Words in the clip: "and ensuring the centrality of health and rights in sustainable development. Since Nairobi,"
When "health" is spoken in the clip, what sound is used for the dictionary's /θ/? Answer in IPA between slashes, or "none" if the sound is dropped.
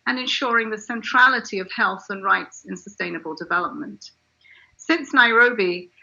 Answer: /θ/